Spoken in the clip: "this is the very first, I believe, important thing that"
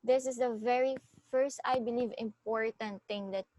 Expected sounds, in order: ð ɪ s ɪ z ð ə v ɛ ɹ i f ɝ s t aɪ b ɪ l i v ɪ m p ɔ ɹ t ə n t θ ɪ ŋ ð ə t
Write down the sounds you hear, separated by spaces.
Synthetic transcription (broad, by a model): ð ɪ s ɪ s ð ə v ɛ ɹ i f ɝ s t aɪ b ɪ l i v ɪ m p ɔ ɹ t ə n t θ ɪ ŋ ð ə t